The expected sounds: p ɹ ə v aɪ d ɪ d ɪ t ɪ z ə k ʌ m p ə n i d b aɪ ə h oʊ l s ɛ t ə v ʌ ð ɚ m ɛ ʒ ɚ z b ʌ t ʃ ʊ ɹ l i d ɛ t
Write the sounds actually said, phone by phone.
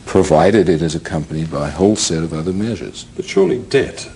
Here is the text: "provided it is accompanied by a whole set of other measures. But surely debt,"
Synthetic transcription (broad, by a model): p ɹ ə v aɪ d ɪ d ɪ t ɪ z ə k ʌ m p ə n i d b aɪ ə h oʊ l s ɛ t ə v ʌ ð ɚ m ɛ ʒ ɚ z b ʌ t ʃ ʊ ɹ l i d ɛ t